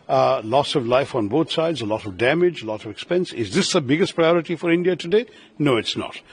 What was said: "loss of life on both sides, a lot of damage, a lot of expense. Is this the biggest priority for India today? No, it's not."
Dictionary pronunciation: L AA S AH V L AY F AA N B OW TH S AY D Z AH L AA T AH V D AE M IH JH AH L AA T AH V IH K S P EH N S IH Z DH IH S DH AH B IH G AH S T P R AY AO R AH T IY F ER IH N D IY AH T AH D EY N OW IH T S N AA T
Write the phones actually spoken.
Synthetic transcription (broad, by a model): L AA S AH V L AY F AA N B OW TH S AY D Z AH L AA T AH V D AE M IH JH AH L AA T AH V IH K S P EH N S IH Z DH IH S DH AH B IH G AH S T P R AY AO R AH T IY F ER IH N D IY AH T AH D EY N OW IH T S N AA T